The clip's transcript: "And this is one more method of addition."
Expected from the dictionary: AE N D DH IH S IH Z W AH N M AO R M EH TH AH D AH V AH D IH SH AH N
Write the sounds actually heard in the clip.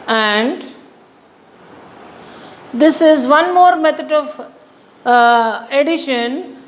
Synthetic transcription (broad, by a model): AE N D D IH S IH Z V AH N M AO R M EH T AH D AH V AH D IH SH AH N